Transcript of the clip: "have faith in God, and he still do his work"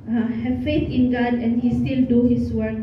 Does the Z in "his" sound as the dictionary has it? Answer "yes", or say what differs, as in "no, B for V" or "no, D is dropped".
no, S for Z